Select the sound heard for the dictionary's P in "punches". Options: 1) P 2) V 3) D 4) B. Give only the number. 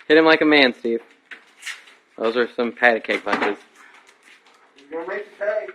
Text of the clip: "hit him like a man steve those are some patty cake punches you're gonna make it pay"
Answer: 4